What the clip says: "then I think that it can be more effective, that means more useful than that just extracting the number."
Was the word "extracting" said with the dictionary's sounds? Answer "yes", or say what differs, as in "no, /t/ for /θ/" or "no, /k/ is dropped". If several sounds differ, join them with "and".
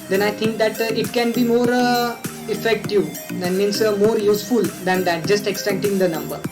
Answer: no, /ɹ/ is dropped